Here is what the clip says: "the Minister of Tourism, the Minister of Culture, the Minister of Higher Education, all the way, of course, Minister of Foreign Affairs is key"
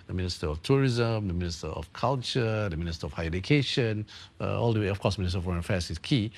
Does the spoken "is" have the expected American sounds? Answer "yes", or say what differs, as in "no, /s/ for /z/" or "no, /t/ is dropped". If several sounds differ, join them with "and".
no, /s/ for /z/